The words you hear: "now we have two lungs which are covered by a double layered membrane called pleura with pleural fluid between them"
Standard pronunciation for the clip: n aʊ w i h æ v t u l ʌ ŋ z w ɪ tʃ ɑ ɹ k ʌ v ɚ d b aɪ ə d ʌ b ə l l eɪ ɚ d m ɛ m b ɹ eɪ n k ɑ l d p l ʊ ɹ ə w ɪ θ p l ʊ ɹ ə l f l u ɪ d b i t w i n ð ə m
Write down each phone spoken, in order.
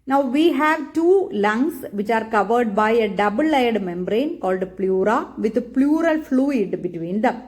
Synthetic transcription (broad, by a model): n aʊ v i h æ v t u l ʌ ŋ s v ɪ tʃ ɑ ɹ k ʌ v ɚ d b aɪ ə d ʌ b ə l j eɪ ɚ d m ɛ m b ɹ eɪ n k ɑ l d p l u ɹ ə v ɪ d p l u ɹ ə l f l u ɪ d b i t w i n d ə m